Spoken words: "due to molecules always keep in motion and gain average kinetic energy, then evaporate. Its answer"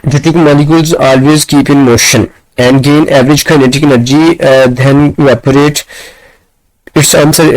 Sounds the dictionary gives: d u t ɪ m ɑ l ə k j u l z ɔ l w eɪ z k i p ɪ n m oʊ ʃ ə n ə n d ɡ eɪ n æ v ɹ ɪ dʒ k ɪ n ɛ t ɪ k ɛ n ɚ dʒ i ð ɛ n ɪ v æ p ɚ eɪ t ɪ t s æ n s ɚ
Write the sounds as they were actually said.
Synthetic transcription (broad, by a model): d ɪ t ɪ m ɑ l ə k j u l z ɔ l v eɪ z k i p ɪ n m oʊ ʃ ə n ə n d ɡ eɪ n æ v ɹ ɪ dʒ k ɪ n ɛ t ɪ k ɛ n ɚ dʒ i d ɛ n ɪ ɔ p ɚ eɪ t ɪ t s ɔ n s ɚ